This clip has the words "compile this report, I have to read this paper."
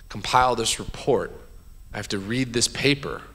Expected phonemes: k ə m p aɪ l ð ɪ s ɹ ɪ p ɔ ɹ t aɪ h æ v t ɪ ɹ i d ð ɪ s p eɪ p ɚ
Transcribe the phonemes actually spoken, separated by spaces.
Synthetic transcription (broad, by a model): k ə m p aɪ l ð ɪ s ɹ ɪ p ɔ ɹ t aɪ h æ f t ɪ ɹ i d ð ɪ s p eɪ p ɚ